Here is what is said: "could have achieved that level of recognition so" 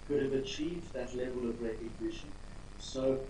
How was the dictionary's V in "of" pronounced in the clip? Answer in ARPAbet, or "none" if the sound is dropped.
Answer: V